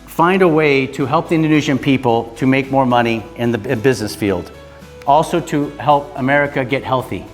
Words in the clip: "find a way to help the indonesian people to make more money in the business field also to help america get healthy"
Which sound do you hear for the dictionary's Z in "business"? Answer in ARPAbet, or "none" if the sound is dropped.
Z